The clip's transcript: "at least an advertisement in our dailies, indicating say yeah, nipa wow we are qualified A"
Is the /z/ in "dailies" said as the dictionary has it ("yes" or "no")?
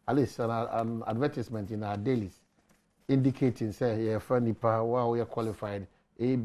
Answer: no